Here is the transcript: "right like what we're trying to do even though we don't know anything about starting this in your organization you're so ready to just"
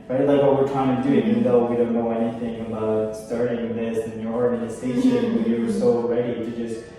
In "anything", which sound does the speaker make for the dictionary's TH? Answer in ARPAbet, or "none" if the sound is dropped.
TH